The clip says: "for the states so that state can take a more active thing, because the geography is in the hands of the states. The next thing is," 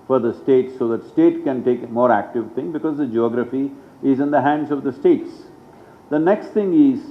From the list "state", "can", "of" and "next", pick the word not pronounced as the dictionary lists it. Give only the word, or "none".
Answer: none